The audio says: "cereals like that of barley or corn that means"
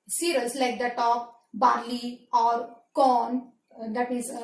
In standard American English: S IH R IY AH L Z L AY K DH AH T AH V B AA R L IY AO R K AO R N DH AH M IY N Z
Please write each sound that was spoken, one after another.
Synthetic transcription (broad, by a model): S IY R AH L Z L AY K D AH T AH P B AA R L IY AO R K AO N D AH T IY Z